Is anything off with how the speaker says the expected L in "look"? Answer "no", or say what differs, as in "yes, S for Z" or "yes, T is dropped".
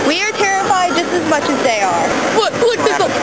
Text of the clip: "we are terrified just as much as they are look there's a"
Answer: yes, W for L